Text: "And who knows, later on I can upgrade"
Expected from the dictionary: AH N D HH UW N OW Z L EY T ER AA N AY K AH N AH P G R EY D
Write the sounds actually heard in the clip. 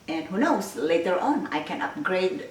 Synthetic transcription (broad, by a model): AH N HH UW N OW S L EY T ER AA N AY K AH N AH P G R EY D